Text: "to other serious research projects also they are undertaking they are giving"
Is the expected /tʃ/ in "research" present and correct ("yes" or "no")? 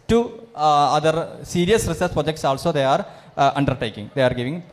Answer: no